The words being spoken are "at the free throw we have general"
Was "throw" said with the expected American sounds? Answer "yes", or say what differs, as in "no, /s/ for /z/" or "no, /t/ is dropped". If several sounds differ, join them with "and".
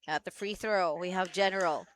yes